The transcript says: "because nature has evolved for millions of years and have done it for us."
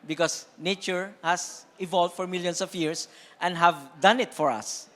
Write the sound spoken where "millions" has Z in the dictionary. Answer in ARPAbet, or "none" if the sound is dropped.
S